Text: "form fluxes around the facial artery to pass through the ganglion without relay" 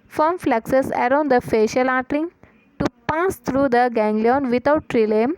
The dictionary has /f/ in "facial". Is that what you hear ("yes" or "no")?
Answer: yes